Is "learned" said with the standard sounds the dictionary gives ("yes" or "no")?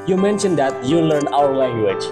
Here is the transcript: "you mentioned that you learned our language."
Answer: no